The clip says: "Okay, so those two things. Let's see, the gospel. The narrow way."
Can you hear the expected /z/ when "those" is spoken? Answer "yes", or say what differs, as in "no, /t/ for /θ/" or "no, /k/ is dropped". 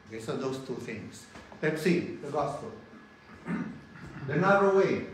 no, /s/ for /z/